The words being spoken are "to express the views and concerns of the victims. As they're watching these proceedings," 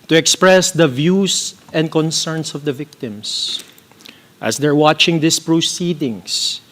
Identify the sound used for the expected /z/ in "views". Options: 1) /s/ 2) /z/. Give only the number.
1